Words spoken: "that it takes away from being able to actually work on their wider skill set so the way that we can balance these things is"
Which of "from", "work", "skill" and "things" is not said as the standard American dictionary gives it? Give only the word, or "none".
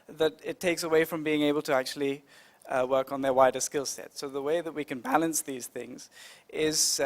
none